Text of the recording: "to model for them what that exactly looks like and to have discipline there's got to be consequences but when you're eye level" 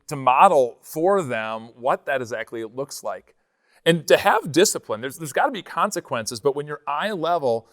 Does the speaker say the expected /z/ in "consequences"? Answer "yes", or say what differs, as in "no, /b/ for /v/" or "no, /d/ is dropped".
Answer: yes